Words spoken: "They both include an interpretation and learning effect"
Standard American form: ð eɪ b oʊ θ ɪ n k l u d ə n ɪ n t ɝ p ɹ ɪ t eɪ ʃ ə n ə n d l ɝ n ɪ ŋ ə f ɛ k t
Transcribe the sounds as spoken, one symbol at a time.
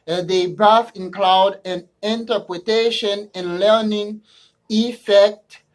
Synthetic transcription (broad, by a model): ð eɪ b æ f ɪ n k l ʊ d ə n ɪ n t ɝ p ɹ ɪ t eɪ ʃ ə n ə n l ɝ n ɪ ŋ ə f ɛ k t